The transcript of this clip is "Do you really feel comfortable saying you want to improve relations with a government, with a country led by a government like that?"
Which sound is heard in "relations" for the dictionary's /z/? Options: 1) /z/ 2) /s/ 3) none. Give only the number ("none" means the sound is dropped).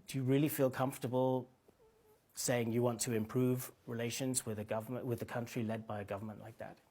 1